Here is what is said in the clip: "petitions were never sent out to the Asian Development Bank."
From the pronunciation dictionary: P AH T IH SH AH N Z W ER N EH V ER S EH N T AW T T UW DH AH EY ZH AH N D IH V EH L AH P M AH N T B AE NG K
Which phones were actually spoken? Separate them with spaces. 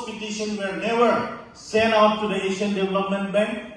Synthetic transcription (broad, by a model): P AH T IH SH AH N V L N EH V ER S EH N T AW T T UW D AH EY SH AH N D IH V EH L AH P M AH N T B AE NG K